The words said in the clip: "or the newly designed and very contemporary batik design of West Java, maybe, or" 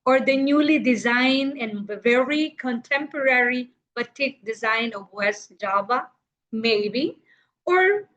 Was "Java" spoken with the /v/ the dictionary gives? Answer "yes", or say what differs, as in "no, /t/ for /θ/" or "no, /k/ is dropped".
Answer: no, /b/ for /v/